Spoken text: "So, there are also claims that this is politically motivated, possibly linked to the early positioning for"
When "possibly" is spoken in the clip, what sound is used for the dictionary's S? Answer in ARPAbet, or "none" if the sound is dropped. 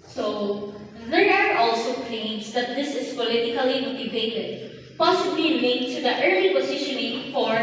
S